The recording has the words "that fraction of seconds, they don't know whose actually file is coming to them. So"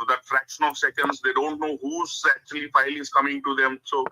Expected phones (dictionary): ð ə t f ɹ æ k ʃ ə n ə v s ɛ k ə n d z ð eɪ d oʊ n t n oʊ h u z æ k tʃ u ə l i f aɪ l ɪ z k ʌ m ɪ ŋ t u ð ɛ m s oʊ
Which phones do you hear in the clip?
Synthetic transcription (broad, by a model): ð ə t f ɹ æ k ʃ ə n ə v s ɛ k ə n d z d eɪ d oʊ n t n oʊ h u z æ k tʃ u ə l i f aɪ l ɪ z k ʌ m ɪ ŋ t u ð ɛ m s oʊ